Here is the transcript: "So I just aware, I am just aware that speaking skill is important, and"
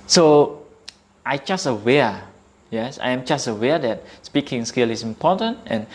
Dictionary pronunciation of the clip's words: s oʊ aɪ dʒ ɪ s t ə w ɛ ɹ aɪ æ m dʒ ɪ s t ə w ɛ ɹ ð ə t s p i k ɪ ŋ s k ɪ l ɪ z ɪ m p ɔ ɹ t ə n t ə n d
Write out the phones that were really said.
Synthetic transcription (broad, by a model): s oʊ aɪ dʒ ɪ s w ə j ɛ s aɪ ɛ m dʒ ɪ s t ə w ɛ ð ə t s p i k ɪ ŋ s k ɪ l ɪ s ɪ m p ɔ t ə n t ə n